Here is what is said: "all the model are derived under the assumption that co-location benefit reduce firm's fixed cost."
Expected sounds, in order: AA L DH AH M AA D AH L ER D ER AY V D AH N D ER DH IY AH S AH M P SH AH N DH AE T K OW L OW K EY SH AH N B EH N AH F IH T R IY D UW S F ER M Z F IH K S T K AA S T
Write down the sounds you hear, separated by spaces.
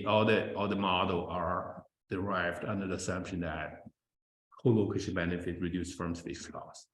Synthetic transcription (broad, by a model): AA L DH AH M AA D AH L ER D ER AY V D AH N D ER DH IY AH S AH M P SH AH N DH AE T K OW L OW K EY SH AH N B EH N AH F IH T R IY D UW S F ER M S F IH S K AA S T